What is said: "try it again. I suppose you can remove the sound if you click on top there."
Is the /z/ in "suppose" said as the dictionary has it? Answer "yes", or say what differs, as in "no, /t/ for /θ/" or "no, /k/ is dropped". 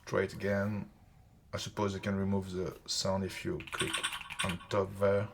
yes